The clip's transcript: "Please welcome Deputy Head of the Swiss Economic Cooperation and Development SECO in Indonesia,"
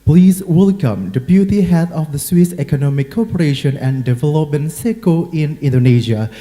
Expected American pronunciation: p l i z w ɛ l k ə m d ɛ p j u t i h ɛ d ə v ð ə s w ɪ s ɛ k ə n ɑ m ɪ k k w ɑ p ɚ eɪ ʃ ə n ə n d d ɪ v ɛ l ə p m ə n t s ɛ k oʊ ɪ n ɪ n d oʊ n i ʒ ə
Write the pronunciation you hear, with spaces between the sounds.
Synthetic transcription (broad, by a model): p l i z w ɛ l k ə m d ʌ b j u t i h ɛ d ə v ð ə s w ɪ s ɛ k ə n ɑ m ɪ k k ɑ p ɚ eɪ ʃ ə n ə n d d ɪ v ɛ l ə p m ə n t s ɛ k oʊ ɪ n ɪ n d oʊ n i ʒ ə